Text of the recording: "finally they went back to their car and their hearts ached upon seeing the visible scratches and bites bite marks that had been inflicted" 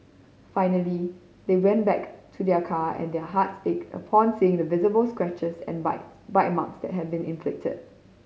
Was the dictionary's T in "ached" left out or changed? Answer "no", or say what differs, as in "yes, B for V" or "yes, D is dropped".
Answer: yes, T is dropped